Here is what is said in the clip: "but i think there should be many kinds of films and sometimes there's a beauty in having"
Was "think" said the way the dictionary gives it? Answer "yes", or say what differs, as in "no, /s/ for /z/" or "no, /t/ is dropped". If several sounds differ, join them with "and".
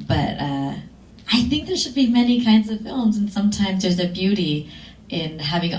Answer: yes